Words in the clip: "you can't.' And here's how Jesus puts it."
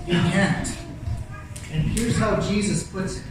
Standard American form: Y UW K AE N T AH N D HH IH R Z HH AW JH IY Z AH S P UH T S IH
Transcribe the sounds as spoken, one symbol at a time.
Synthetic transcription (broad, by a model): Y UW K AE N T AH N HH IH R Z HH AW JH IY Z AH S P UH T S